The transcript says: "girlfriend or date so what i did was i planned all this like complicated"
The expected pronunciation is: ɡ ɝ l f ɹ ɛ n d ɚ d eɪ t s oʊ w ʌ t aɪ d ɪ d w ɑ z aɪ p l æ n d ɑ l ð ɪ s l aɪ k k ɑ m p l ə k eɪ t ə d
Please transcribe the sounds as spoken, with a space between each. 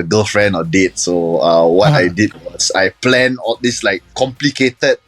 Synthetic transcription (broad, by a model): ɡ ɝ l f ɹ ɛ n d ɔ d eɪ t s oʊ w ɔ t aɪ d ɪ d w ɑ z aɪ p l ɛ n ɑ l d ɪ s l aɪ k k ɑ m p l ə k eɪ t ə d